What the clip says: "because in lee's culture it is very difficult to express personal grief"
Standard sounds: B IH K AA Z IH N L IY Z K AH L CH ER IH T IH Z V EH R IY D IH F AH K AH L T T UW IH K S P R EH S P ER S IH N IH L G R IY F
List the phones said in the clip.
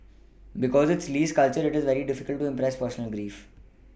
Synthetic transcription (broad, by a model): B IH K AA Z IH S L IY S K AH L CH ER IH T IH Z V EH R IY D IH F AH K AH L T T UW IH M P R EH S P ER S IH N IH L G R IY F